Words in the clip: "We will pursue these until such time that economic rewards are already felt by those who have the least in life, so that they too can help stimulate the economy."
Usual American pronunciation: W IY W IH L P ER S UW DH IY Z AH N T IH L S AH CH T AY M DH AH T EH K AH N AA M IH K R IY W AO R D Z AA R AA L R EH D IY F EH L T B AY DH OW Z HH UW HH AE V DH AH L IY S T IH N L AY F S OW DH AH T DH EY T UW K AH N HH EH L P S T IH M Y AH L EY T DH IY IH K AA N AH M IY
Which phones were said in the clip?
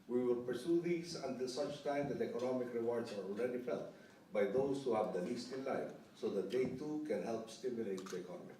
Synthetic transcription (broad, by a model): W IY W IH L P ER S UW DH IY S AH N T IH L S AH CH T AY M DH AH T EH K AH N AA M IH K R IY W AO R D S AA R AA L R EH D IY F EH L T B AY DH OW S HH UW HH AE V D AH L IY S T IH N L AY F S OW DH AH T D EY T UW K AH N HH EH L P S T IH M Y AH L EY T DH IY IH K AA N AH M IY